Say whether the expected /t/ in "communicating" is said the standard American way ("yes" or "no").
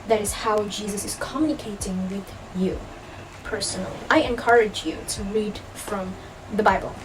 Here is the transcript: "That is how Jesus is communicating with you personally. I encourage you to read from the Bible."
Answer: yes